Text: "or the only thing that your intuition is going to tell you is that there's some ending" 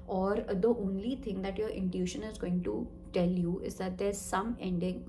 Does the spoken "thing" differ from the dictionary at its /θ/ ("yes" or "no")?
yes